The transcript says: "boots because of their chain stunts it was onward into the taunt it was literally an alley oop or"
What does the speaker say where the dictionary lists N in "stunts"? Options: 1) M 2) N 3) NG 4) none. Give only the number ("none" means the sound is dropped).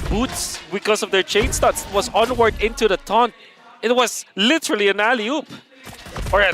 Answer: 4